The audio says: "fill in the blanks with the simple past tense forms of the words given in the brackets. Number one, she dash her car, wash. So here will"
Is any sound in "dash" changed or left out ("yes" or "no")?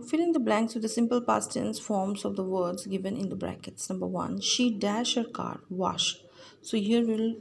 no